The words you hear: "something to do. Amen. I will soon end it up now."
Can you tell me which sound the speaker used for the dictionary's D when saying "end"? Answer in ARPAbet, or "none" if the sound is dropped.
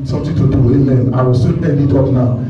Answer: none